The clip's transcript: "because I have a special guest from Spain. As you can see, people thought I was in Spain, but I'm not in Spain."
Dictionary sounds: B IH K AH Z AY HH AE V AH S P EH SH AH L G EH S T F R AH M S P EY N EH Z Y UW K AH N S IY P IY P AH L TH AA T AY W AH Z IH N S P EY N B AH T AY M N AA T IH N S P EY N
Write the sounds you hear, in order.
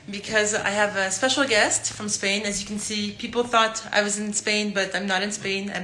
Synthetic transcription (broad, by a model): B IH K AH Z AY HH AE V AH S P EH SH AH L G EH S T F R AH M S P EY N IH Z Y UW K N S IY P IY P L TH AA T AY W AH Z IH N S P EY N B AH T AY M N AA T IH N S P EY N